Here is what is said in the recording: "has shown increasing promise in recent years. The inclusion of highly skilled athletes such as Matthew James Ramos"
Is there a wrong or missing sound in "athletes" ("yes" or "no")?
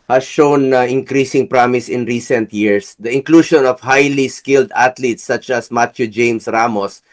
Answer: yes